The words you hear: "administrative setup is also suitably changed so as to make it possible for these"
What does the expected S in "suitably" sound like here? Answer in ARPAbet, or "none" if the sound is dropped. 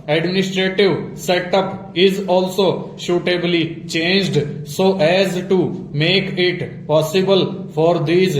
SH